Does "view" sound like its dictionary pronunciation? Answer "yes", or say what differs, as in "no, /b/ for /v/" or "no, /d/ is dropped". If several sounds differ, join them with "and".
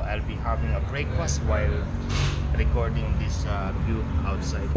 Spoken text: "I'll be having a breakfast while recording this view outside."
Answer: no, /b/ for /v/